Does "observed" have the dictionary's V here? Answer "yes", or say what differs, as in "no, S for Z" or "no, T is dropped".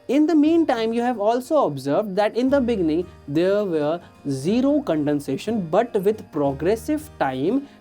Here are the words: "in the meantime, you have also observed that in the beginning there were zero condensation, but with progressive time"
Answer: yes